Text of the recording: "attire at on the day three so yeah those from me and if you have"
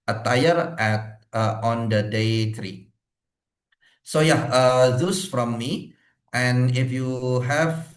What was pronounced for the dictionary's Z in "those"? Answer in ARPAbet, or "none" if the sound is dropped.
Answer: S